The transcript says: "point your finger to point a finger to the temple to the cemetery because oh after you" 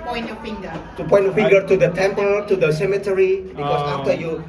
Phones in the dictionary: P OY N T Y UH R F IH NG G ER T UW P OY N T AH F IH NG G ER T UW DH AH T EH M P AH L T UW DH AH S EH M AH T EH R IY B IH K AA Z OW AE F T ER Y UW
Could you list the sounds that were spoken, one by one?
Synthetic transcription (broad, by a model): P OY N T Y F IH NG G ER T UW P OY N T AH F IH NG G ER T UW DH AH T EH M P AH L T UW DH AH S EH M AH T EH R IY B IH K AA S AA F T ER Y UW